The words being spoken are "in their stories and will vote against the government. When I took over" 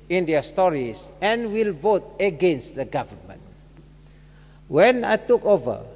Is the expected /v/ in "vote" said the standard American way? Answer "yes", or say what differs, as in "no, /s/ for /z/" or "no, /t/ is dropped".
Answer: yes